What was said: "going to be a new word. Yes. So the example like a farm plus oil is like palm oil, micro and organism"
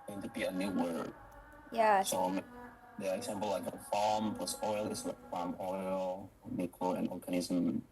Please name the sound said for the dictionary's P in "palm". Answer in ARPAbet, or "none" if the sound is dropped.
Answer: F